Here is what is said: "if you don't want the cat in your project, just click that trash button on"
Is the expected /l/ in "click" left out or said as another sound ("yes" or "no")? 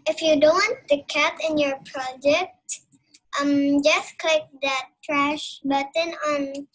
no